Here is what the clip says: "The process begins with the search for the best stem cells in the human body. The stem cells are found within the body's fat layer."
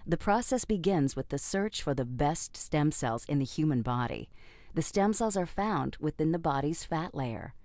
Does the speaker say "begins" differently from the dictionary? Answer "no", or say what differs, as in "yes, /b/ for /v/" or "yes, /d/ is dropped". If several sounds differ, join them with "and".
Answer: no